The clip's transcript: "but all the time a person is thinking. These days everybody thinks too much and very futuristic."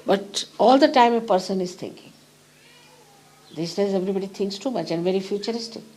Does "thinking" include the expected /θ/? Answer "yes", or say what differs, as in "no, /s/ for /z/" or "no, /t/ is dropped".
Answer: no, /t/ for /θ/